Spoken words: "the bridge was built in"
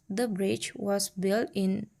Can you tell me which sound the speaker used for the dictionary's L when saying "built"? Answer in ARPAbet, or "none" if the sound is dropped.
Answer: L